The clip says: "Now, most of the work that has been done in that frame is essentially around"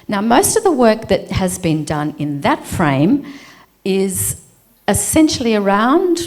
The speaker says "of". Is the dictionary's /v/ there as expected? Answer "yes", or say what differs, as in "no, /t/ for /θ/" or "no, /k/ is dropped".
yes